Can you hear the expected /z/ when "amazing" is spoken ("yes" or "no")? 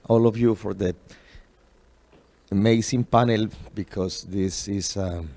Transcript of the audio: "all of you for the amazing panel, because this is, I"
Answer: no